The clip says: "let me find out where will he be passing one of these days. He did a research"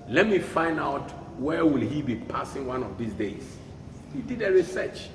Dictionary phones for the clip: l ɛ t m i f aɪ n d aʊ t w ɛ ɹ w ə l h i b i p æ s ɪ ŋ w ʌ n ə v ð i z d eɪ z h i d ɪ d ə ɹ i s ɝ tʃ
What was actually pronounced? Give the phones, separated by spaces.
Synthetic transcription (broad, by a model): l ɛ t m i f aɪ n d aʊ t w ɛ w ə l h i b i p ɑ s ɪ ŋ w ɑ n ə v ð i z d eɪ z h i d ɪ d ə ɹ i s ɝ tʃ